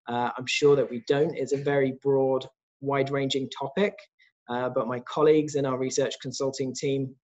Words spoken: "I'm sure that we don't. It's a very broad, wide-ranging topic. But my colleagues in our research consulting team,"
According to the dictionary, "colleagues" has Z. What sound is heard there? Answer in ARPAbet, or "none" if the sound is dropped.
Z